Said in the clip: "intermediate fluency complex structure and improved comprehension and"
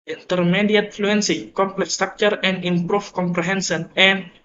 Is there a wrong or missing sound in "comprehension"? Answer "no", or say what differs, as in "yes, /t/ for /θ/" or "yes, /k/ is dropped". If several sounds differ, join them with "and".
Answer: yes, /s/ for /ʃ/